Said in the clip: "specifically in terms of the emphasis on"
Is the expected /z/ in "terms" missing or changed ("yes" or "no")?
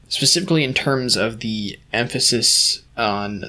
no